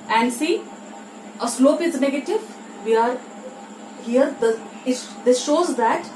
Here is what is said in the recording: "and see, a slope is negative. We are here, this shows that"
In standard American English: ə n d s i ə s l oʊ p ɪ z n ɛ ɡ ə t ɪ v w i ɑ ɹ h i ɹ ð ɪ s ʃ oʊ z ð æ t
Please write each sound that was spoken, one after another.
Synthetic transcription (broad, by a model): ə n d s i ə s l oʊ p ɪ z n ɛ ɡ ə t ɪ v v i ɑ ɹ h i ɹ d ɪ s ʃ oʊ z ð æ t